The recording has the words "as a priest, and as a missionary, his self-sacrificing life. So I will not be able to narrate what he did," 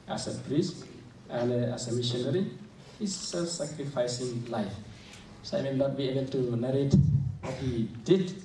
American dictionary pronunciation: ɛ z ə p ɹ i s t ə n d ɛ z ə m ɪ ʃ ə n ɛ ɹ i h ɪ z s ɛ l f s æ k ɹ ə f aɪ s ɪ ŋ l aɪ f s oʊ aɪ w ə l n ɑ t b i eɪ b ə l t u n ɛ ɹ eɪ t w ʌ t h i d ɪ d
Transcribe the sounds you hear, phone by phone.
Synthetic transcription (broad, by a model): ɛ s ə p ɹ i s t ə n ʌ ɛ s ə m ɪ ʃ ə n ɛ ɹ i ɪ s ɛ l f s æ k ɹ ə f aɪ s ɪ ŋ l aɪ f s oʊ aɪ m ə n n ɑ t b i eɪ b ə l t u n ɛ ɹ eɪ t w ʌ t h i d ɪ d